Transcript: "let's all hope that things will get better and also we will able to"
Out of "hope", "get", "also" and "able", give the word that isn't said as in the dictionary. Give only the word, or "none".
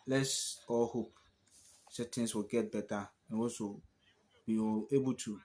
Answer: also